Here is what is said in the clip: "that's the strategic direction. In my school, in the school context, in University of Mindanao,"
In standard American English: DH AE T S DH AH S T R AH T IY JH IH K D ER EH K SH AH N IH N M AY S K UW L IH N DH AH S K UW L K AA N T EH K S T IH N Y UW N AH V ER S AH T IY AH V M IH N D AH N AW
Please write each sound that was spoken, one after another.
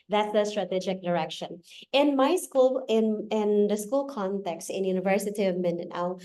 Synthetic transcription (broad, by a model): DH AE T S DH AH S T R AH T IY JH IH K D ER EH K SH AH N IH N M AY S K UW L IH N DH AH S K UW L K AA N T EH K S T IH N Y UW N AH V ER S AH T IY AH V M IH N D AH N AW